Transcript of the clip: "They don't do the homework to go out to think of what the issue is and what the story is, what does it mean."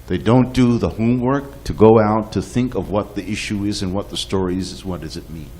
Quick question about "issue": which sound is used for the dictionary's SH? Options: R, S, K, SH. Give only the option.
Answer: SH